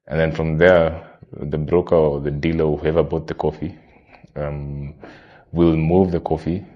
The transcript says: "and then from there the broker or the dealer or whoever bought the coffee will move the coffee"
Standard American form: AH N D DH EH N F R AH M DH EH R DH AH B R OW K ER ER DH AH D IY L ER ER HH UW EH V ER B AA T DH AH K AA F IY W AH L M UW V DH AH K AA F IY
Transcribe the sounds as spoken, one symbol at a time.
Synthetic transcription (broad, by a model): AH N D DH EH N F R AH M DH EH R DH AH B R OW K ER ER DH AH D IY L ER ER HH UW EH V ER B AA T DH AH K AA F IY W AH L M UW V DH AH K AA F IY